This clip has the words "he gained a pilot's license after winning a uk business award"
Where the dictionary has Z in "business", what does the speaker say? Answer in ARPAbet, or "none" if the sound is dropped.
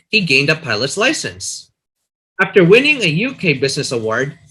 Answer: Z